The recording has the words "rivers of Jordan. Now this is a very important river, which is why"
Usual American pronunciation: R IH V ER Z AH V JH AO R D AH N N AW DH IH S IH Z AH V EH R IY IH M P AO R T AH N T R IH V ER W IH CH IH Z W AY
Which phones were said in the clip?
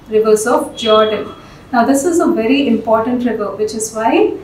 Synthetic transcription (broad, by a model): R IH V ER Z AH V JH AO R D AH N N AW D IH S IH Z AH V EH R IY IH M P AO R T AH N T R IH V ER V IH CH IH Z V AY